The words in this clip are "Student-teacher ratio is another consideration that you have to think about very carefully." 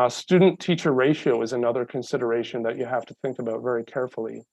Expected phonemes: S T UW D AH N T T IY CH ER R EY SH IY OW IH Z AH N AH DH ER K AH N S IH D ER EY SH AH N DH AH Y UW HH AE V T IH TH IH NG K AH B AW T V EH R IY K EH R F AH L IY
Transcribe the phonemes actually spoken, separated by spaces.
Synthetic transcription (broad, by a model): S T UW D N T T IY CH ER R EY SH IY OW IH Z AH N AH DH ER K AH N S IH D ER EY SH AH N DH AH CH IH HH AE F T IH TH IH NG K AH B AW T V EH R IY K EH R F L IY